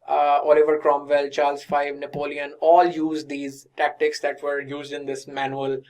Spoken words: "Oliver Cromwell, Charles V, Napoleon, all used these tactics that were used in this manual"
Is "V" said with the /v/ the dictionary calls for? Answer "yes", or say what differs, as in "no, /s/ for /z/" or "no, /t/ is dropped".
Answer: no, /f/ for /v/